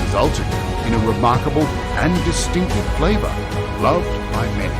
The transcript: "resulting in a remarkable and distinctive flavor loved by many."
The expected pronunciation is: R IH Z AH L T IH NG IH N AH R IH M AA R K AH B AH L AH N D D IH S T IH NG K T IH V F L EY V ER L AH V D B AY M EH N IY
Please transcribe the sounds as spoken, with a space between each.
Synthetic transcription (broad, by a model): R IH Z AH L T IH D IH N AH R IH M AA R K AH B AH L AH N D D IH S T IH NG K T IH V F L EY V ER L AH V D B AY M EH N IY